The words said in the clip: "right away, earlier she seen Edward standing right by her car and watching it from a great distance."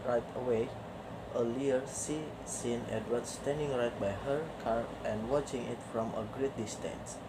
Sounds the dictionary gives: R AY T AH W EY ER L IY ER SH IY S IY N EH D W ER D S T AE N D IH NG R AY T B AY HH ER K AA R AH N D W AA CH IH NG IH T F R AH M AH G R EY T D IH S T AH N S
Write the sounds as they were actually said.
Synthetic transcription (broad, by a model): R AY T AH W EY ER L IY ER S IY S IY N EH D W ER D S T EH N D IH NG R AY T B AY HH ER K AA R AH N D W AA CH IH NG IH T F R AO M AH G R EY T D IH S T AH N S